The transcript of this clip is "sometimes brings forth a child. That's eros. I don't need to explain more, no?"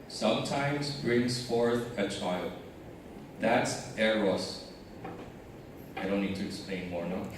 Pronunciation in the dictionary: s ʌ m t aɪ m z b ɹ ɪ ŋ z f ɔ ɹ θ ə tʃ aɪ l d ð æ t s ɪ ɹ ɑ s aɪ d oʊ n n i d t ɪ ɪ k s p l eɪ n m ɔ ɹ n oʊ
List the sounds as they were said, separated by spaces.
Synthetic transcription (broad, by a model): s ʌ m t aɪ m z b ɹ ɪ ŋ z f ɔ ɹ θ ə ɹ aɪ l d ð æ t s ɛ ɹ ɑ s aɪ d oʊ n n i d t ɪ ɪ k s p l eɪ n m ɔ ɹ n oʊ